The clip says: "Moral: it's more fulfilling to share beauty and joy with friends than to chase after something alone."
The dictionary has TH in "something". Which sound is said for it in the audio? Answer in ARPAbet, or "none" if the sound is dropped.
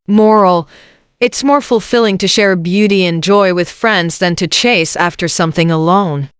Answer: TH